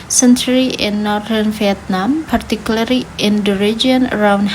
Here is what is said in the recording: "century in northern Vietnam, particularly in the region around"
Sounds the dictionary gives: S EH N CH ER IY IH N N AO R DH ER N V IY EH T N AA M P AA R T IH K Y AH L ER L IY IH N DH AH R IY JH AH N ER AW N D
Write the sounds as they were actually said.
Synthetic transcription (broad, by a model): S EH N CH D IY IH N N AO R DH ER N F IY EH T N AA M P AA R T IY K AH L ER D IY IH N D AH R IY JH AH N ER AW N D